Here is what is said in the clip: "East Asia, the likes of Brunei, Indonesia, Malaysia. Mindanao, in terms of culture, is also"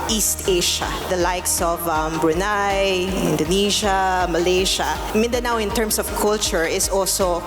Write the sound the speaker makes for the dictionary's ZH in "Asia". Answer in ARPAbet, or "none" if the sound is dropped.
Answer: SH